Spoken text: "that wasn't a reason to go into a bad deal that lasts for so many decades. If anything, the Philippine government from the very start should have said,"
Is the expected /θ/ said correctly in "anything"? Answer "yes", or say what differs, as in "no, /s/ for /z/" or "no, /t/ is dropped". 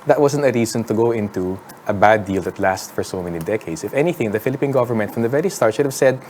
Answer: yes